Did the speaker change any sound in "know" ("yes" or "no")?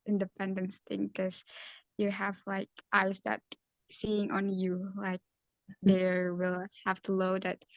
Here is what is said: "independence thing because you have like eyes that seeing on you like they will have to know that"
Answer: yes